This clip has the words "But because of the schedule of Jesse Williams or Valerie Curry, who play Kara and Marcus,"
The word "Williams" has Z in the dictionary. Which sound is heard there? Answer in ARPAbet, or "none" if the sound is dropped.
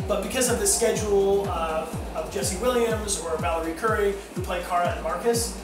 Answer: Z